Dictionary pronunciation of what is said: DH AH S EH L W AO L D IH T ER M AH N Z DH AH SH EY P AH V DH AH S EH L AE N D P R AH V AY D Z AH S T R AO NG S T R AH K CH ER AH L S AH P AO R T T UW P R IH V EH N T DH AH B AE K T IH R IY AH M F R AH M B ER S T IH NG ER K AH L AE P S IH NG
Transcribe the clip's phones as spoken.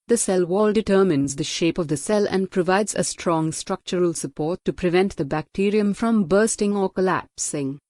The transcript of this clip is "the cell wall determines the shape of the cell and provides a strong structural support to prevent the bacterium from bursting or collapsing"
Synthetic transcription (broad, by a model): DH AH S EH L W AO L D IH T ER M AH N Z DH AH SH EY P AH V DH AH S EH L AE N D P R AH V AY D Z AH S T R AO NG S T R AH K CH ER AH L S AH P AO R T T UW P R IH V EH N T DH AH B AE K T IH R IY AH M F R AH M B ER S T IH NG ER K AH L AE P S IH NG